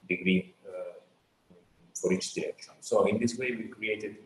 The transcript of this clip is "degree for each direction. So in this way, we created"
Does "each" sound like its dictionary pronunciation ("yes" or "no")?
no